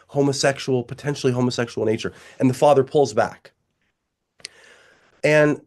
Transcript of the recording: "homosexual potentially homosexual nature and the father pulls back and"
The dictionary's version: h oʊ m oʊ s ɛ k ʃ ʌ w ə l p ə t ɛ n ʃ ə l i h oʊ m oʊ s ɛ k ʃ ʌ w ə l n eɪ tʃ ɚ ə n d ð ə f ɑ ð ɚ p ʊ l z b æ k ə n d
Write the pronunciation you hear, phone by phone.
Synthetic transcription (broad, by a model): h oʊ m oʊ s ɛ k ʃ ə l p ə t ɛ n ʃ l i h oʊ m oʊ s ɛ k ʃ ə l n eɪ tʃ ɚ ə n ð ə f ɑ ð ɚ p ʊ l z b æ k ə n